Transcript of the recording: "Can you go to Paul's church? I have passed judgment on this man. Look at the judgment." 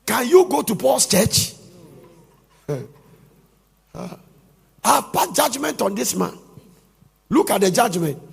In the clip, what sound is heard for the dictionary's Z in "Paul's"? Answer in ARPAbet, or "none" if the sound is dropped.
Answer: S